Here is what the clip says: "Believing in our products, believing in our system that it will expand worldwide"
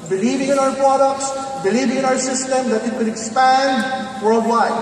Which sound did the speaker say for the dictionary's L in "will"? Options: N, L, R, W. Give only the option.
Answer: N